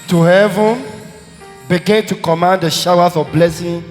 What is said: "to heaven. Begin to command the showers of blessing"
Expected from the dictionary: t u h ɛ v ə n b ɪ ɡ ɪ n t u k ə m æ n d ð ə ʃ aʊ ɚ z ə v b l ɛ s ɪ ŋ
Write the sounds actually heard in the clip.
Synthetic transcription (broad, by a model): t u h ɛ v ə n b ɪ ɡ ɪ n t u k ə m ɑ n d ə ʃ aʊ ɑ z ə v b l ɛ s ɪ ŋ